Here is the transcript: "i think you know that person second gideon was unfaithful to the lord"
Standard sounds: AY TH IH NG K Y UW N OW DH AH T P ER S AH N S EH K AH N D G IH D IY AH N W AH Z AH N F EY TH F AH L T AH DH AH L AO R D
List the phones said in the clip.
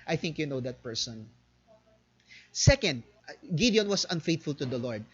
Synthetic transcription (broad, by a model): AY TH IH NG K Y UW N OW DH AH T P ER S AH N S EH K AH N D G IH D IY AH N W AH S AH N F EY T F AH L T AH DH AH L AO R D